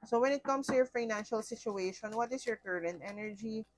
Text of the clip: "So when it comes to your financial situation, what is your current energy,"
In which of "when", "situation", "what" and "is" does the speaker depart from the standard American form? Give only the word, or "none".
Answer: is